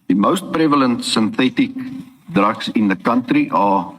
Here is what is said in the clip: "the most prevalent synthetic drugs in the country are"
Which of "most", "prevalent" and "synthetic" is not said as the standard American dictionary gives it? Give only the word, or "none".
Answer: none